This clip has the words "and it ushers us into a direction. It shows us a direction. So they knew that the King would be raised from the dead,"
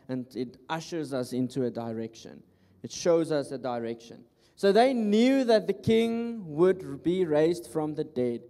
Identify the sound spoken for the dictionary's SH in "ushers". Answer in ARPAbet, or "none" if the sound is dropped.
SH